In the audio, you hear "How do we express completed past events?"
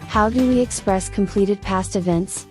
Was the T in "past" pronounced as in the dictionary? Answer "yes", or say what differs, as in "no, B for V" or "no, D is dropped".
yes